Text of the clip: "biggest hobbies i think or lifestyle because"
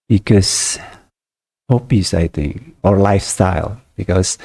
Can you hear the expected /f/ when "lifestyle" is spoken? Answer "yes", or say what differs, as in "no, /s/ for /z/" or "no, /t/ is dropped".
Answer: yes